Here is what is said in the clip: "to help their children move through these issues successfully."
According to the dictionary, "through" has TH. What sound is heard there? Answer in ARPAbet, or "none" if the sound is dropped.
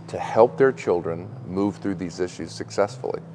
TH